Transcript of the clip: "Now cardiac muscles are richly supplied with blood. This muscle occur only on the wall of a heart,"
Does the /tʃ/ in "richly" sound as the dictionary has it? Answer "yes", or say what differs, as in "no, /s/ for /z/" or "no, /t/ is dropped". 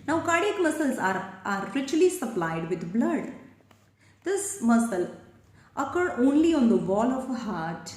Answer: yes